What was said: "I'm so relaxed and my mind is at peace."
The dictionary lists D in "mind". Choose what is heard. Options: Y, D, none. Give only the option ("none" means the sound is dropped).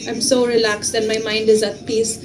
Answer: D